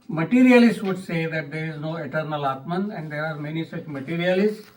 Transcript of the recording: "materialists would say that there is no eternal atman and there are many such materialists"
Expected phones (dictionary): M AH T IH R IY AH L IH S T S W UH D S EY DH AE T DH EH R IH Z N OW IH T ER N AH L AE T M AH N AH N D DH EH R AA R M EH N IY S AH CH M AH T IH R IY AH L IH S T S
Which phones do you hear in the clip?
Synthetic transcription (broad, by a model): M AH T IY R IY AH L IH S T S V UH D S EY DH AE T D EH R IH Z N OW IH T ER N AH L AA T M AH N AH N D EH R AA R M EH N IY S AH CH M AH T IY R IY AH L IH S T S